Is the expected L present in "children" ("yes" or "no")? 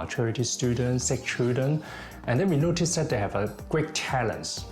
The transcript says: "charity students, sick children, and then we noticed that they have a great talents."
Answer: no